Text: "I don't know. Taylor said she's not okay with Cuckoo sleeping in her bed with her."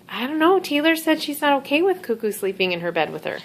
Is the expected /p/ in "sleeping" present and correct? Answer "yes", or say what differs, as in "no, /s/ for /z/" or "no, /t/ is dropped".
yes